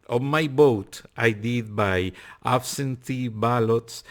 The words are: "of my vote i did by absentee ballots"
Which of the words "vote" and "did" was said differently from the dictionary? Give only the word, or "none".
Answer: vote